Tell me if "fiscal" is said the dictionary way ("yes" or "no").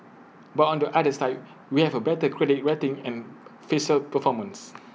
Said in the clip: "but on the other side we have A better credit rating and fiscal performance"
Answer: no